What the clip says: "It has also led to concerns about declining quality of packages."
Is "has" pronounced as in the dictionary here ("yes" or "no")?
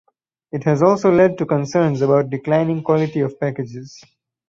yes